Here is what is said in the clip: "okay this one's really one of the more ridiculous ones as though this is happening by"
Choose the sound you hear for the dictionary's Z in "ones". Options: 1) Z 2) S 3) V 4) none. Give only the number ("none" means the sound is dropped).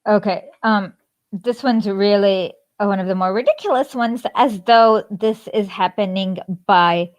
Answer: 1